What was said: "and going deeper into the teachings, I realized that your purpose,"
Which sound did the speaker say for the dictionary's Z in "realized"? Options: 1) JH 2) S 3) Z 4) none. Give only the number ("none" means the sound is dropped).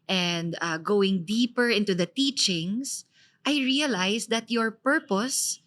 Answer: 2